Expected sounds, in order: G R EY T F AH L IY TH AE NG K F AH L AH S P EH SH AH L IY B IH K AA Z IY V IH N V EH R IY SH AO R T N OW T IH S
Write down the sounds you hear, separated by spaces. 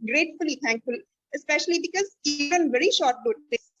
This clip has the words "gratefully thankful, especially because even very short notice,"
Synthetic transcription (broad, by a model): G R EY T F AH L IY T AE NG K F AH L AH S P EH SH AH L IY B IH K AA Z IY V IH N V EH R IY SH AO R T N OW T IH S